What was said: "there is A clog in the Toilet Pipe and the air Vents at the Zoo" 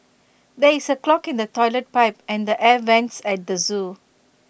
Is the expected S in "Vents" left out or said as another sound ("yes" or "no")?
no